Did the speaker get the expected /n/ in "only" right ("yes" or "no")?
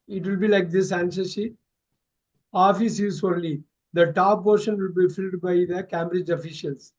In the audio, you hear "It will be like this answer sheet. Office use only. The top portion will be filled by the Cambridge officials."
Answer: no